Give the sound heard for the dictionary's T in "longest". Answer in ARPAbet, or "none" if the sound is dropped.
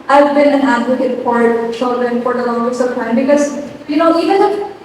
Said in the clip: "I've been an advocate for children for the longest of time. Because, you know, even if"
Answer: none